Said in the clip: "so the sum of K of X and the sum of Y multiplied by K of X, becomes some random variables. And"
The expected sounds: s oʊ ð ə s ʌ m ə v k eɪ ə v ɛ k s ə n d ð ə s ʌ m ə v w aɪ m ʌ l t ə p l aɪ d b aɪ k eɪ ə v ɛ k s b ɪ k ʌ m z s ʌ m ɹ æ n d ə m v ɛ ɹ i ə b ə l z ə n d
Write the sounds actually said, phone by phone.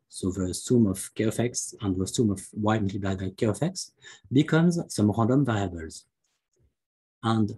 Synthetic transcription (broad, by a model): s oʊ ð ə s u m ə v k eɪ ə f ɛ k s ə n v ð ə s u m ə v w aɪ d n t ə b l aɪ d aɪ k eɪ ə f ɛ k s b ɪ k ʌ m z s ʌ m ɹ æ d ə m v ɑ ɹ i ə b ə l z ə n d